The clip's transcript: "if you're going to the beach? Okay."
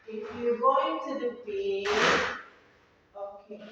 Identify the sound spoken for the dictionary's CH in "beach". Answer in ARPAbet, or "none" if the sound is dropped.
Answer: none